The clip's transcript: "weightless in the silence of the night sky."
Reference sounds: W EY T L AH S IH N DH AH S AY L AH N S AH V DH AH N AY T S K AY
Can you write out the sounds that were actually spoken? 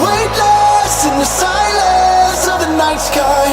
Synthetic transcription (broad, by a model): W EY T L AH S IH N DH AH S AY L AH S AH V DH AH N AY T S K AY